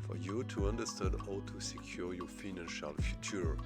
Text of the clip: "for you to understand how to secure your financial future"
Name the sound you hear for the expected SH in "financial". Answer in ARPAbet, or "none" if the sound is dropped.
SH